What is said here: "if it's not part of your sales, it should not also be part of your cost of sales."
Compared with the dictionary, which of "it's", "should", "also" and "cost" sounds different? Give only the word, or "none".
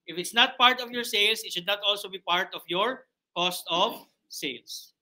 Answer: none